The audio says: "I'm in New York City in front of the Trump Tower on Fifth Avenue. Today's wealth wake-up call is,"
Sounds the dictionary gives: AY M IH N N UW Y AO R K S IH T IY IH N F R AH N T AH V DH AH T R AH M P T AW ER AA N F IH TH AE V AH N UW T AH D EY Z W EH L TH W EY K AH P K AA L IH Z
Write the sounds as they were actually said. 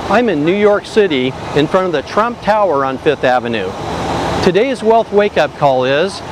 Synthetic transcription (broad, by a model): AY M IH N N UW Y AO R K S IH T IY IH N F R AH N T AH V DH AH T R AH M P T AW ER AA N F IH TH AE V AH N UW T AH D EY Z W EH L TH W EY K AH P K AA L IH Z